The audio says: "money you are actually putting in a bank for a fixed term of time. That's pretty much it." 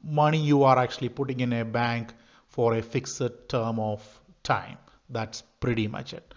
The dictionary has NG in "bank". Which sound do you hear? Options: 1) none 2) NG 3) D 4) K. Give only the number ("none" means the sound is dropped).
2